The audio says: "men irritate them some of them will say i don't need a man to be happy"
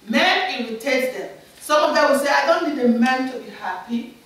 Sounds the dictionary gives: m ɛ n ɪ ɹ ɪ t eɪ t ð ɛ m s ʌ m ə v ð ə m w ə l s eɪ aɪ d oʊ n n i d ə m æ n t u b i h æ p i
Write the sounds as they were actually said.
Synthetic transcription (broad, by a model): m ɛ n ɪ w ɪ t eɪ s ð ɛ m s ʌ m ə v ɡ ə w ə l s eɪ aɪ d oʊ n n i d ə m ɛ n t u b i h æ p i